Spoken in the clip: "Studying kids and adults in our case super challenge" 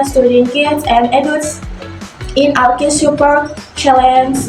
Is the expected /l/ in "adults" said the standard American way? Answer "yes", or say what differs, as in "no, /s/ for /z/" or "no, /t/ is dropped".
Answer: no, /l/ is dropped